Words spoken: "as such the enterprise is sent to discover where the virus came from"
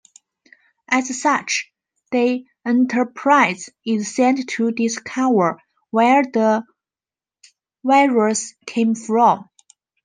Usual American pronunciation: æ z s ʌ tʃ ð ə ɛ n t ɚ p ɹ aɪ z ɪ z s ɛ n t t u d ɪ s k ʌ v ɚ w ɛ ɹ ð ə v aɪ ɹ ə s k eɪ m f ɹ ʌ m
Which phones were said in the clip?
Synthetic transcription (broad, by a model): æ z s ʌ tʃ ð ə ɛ n t ɚ p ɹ aɪ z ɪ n s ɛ n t t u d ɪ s k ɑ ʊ ɚ w ɛ ɹ ð ə w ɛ ɹ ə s k eɪ m f ɹ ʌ m